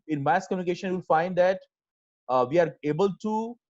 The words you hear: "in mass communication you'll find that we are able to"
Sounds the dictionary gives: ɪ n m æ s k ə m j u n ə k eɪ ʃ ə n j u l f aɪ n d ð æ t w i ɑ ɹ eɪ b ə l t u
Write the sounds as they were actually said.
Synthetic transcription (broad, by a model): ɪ n m æ s k ə m j u n ə k eɪ ʃ ə n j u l f aɪ n d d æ t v i ɑ ɹ eɪ b ə l t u